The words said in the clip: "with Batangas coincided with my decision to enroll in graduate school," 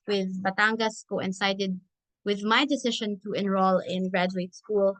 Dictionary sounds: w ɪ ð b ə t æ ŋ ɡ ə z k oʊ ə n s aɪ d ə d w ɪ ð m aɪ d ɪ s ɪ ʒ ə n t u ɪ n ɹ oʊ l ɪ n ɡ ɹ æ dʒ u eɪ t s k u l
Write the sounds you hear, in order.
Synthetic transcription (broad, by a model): w ɪ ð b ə t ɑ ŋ ɡ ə s k oʊ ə n s aɪ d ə d w ɪ ð m aɪ d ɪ s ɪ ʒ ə n t u ɪ n ɹ oʊ l ɪ n ɡ ɹ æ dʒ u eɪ t s k u l